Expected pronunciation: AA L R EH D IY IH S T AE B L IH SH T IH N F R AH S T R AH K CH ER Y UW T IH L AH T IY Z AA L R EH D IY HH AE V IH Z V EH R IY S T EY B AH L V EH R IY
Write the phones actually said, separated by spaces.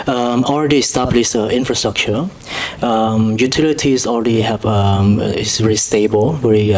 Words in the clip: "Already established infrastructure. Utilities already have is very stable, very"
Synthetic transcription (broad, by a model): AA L R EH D IY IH S T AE B L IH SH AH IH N F R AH S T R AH K CH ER Y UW T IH L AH T IY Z AA L R EH D IY HH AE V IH S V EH R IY S T EY B AH L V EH R IY